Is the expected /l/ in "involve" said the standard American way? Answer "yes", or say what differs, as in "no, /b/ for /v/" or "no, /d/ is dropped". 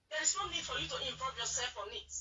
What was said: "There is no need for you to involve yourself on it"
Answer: no, /l/ is dropped